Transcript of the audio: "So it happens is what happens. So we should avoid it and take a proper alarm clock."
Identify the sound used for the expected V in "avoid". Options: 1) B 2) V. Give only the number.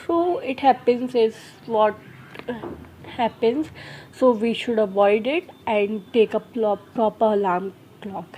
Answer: 2